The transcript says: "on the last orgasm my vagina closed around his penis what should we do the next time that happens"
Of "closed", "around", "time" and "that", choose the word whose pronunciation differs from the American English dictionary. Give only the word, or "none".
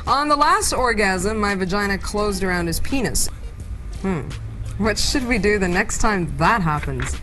none